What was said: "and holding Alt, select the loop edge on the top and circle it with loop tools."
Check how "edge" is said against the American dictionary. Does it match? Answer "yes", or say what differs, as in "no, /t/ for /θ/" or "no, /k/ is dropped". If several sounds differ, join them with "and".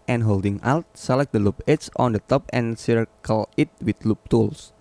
no, /tʃ/ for /dʒ/